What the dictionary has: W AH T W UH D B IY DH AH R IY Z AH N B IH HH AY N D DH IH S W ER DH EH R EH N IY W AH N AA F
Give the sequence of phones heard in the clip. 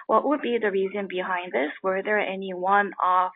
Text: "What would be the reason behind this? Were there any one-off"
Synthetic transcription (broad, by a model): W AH T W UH D B IY DH AH R IY Z AH N B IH HH AY N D DH IH S W ER DH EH R EH N IY W AH N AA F